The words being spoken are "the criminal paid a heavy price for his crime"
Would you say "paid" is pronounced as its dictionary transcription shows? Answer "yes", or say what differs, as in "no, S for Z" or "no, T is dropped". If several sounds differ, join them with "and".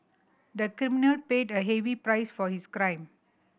yes